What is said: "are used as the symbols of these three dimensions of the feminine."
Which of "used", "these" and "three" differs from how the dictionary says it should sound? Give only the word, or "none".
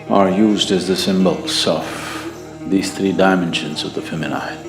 none